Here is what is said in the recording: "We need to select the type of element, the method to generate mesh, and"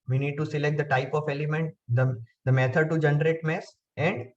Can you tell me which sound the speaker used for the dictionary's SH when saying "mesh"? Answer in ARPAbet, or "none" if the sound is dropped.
S